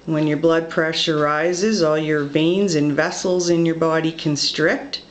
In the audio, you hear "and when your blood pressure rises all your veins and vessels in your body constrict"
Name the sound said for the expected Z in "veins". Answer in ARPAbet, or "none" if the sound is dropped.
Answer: Z